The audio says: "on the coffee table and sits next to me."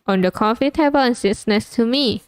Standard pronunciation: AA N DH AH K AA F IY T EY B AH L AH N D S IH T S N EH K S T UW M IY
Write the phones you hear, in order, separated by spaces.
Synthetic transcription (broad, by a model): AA N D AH K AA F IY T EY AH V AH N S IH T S N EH S T UW M IY